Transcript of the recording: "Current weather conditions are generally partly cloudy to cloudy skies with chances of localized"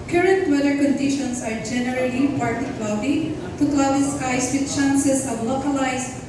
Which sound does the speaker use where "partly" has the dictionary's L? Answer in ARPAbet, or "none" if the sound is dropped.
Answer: none